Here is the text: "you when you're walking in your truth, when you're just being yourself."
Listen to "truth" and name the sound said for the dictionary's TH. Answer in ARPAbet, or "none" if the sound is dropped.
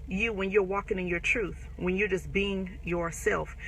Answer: TH